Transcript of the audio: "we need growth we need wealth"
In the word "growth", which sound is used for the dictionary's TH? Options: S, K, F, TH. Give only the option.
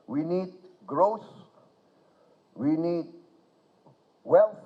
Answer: S